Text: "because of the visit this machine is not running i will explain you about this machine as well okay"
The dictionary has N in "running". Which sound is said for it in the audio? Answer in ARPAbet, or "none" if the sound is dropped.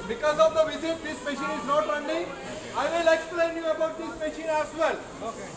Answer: L